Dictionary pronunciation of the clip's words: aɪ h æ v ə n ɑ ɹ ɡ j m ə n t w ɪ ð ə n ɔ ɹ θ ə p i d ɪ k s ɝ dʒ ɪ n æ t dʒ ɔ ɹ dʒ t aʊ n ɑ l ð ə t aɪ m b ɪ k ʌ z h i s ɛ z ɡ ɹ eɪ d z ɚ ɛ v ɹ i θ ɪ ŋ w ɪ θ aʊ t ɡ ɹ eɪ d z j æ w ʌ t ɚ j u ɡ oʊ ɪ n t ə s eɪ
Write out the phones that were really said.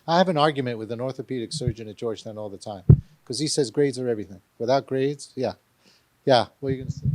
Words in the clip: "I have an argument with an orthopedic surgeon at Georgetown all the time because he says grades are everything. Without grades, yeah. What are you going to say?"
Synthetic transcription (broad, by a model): aɪ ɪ v ə n ɑ ɹ ɡ j m ə n t w ɪ ð ə n ɔ ɹ θ ə p i d ɪ k s ɝ dʒ ɪ n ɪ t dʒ ɔ ɹ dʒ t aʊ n ɑ l ð ə t aɪ m k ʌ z i s ɛ z ɡ ɹ eɪ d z ɚ ɛ v ɹ i θ ɪ ŋ w ɪ θ aʊ t ɡ ɹ eɪ d z j æ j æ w ɚ j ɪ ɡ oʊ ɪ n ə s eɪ